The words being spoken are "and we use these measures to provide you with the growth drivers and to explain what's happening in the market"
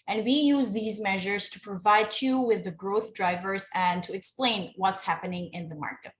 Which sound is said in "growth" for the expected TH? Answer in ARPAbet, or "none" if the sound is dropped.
TH